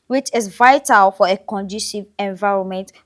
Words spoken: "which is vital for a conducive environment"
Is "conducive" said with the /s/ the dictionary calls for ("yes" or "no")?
no